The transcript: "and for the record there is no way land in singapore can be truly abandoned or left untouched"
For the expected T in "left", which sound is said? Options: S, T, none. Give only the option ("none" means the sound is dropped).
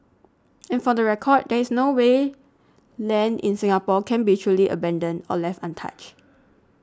T